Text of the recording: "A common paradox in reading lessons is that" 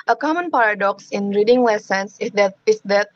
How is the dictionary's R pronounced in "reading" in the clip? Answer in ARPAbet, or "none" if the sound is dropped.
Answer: R